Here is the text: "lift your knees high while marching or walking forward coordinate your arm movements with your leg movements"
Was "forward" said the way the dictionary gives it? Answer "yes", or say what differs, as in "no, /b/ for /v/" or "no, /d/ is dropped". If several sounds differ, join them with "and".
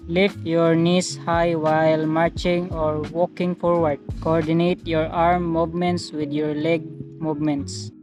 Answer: yes